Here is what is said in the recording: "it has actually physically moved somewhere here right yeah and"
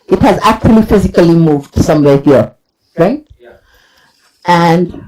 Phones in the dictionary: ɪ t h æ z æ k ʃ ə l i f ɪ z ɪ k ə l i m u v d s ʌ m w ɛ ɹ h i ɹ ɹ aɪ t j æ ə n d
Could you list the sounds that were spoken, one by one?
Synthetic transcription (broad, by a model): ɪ t h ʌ z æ k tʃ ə l i f ɪ z ɪ k ə l i m u v d s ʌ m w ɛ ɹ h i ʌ ɹ aɪ t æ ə n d